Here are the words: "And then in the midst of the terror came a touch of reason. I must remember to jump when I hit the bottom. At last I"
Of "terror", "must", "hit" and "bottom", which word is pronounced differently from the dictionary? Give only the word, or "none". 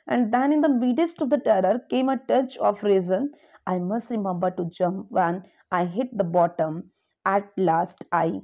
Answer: none